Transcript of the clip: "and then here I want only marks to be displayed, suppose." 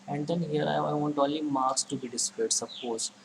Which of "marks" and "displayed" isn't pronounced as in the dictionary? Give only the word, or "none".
displayed